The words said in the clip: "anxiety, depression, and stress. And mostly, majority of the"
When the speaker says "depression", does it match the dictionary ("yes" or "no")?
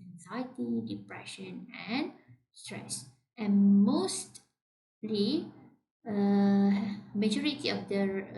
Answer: yes